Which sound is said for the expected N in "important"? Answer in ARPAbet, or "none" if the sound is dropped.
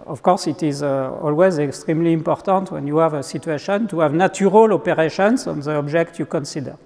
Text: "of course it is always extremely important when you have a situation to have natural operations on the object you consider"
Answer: N